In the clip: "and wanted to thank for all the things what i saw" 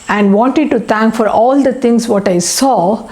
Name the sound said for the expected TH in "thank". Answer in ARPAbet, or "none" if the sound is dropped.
T